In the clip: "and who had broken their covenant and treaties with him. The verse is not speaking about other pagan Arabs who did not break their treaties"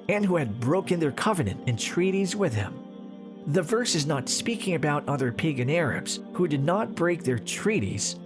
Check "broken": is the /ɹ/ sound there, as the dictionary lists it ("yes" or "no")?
yes